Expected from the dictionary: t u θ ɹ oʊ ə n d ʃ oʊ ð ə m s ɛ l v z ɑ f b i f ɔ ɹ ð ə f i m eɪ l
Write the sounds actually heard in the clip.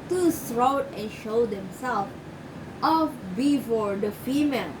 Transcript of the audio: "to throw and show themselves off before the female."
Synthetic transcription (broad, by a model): t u s ɹ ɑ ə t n ʃ oʊ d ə m s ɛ l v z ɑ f b i f ɔ ɹ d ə f i m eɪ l